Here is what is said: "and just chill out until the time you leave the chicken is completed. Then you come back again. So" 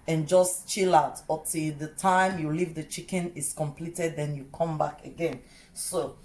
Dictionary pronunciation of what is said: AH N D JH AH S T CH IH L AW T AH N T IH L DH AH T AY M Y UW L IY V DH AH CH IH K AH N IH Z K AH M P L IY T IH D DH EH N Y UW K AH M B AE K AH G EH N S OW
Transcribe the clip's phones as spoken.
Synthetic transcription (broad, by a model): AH N JH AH S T CH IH L AW T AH T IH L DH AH T AY M Y UW L IY V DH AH CH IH K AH N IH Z K AH M P L IY T IH D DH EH N Y UW K AH M B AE K AH G EH N S OW